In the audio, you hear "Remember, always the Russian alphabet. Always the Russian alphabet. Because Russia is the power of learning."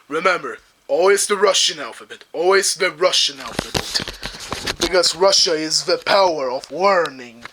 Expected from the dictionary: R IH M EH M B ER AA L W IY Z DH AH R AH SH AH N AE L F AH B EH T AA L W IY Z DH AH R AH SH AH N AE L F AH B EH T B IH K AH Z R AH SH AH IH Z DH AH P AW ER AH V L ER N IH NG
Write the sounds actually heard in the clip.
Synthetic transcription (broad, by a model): R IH M EH M B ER AA L W IY Z DH AH R AH SH AH N AE L F AH B EH T AA L W IY Z DH AH R AH SH AH N AE L F AH B EH T B IH K AH Z R AH SH AH IH Z DH AH P AW ER AH V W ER N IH NG